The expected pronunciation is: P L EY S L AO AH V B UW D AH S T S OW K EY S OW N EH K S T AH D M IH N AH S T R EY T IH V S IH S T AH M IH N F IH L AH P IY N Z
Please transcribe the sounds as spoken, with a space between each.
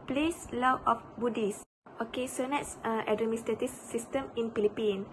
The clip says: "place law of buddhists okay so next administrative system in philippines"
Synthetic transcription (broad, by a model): P L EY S L AO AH F B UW D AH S S OW K EY S OW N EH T S T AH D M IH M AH S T EY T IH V S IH S T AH M IH N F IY L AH P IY N